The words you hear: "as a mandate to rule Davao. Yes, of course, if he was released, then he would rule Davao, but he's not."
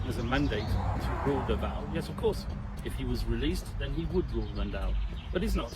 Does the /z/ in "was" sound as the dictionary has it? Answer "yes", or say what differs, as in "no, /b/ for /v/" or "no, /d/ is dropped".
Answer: yes